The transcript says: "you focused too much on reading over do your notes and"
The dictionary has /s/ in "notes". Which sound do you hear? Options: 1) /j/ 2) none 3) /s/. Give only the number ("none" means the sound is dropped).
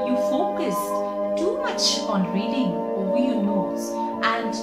2